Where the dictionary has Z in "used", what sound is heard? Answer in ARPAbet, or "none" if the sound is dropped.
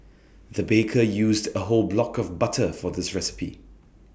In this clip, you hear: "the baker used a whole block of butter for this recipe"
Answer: Z